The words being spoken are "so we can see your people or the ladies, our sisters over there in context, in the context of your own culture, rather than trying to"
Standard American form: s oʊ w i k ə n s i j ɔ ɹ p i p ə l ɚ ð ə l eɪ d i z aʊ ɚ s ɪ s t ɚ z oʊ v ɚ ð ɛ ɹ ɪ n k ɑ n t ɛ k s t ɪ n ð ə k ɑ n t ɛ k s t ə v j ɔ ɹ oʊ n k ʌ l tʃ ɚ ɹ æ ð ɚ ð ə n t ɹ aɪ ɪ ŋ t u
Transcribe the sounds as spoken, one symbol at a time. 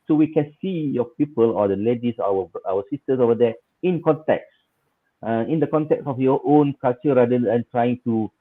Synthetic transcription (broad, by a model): s oʊ w i k ə n s i j ɔ p i p ə l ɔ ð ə l eɪ d i s aʊ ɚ s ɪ s t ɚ s oʊ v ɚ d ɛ ɪ n k ɑ n t ɛ k s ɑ ɪ n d ə k ɑ n t ɛ k s ə f j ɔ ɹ oʊ n k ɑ l tʃ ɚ ɹ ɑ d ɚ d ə n t ɹ aɪ ɪ ŋ t u